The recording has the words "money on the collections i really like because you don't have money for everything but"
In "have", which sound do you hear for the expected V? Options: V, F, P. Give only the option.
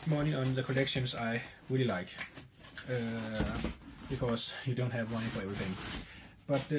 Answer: V